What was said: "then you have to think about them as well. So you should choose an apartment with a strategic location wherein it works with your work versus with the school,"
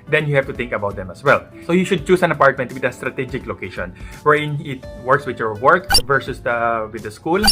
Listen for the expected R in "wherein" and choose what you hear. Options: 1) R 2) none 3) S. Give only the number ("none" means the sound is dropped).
2